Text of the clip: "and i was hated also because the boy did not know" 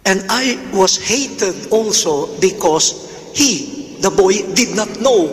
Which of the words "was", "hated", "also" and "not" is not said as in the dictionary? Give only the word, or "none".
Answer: was